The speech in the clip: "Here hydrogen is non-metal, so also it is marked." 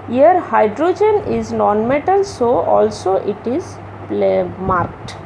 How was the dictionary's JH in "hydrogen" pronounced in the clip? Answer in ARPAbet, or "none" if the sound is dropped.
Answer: JH